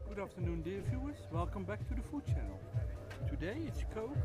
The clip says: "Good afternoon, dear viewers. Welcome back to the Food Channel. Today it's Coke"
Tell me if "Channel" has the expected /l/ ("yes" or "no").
yes